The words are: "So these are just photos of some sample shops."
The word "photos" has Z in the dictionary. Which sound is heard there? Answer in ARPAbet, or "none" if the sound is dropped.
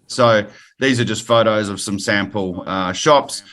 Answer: Z